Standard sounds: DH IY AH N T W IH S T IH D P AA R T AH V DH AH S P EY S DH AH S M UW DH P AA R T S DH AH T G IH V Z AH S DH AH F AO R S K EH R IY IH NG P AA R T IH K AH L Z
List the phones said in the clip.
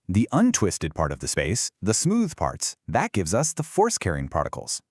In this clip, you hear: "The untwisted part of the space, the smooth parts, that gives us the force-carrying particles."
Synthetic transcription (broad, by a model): DH IY AH N T W IH S T IH D P AA R T AH V DH AH S P EY S DH AH S M UW DH P AA R T S DH AH T G IH V Z AH S DH AH F AO R S K EH R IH NG P AA R T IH K L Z